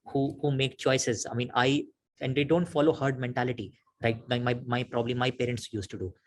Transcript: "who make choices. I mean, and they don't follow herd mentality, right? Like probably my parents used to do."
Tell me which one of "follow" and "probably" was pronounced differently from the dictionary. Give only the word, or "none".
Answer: none